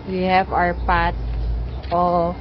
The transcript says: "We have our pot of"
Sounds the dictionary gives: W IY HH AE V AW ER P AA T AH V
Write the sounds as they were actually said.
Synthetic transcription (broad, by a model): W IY HH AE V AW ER P AA T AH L